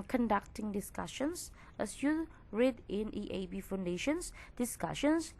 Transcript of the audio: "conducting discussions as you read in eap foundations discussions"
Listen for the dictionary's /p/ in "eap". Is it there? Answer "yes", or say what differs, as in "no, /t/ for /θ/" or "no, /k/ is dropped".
no, /b/ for /p/